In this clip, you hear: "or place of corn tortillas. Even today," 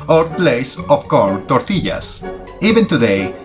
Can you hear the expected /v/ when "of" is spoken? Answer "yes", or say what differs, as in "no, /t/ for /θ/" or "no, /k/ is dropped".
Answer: no, /p/ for /v/